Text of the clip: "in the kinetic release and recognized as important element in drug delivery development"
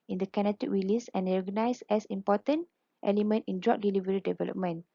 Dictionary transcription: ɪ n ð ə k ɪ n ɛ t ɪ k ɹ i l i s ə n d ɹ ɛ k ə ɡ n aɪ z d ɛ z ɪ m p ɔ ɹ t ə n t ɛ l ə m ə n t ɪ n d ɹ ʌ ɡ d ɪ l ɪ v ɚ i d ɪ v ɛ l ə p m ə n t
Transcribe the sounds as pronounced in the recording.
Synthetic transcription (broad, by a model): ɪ n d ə k ɪ n ɛ t ɪ k ɹ i l i s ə n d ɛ ə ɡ n aɪ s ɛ s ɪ m p ɔ t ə n t ɛ l ə m ə n t ɪ n d ɹ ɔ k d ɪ l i v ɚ i d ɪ v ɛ l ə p m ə n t